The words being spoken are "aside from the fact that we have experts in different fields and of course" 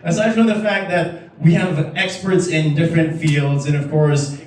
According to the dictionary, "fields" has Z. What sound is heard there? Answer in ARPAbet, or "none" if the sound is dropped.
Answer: Z